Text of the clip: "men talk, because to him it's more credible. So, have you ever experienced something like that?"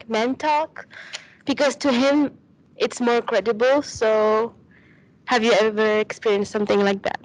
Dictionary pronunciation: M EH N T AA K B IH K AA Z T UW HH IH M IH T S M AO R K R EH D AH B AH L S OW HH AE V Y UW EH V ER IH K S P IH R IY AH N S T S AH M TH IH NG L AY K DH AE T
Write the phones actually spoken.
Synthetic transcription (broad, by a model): M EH N T AA K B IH K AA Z T UW HH IH M IH T S M AO R K R EH D AH B AH L S OW HH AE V Y UW EH V ER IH K S P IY R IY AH N S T S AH M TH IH NG L AY K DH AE T